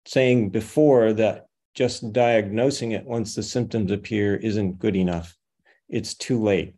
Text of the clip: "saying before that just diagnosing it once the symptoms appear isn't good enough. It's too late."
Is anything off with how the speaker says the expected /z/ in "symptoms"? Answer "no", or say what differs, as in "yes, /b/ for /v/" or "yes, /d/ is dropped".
no